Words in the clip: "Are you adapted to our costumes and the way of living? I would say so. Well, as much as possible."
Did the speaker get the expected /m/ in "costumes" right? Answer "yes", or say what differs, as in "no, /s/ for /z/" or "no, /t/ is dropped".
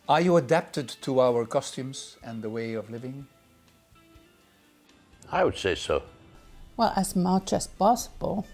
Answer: yes